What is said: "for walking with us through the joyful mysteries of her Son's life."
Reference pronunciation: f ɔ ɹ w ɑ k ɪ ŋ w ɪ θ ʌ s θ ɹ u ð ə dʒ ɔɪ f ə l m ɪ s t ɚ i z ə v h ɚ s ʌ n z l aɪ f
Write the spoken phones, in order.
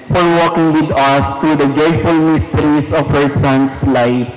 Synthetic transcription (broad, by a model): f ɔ ɹ w ɑ k ɪ ŋ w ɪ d ʌ s t ɹ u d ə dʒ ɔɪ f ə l m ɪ s t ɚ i s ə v h ɚ s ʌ n s l aɪ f